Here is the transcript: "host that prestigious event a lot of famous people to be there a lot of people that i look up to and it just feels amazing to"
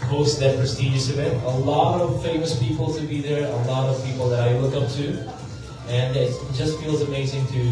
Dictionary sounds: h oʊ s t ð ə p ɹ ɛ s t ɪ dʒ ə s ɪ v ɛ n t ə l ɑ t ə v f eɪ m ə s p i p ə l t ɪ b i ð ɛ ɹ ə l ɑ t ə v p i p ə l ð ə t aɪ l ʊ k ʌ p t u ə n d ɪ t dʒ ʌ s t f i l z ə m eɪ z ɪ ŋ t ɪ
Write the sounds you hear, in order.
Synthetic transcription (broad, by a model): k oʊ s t ð ə p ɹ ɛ s t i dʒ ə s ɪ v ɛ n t ə l ɑ t ə v f eɪ m ə s p i p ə l t ɪ b i ð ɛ ɹ ə l ɑ t ə v p i p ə l ð ə t aɪ w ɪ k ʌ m t u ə n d ɪ t dʒ ʌ s t f i l z ə m eɪ z ɪ ŋ t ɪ